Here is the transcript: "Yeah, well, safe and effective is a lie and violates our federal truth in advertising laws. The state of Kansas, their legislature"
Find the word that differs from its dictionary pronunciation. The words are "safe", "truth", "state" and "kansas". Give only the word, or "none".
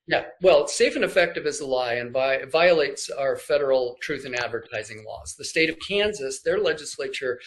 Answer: none